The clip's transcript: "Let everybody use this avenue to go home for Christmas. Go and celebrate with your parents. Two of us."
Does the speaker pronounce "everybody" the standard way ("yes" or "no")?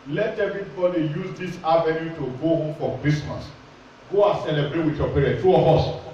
no